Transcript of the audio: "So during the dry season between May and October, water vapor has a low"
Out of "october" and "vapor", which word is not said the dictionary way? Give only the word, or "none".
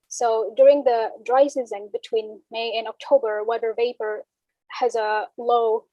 none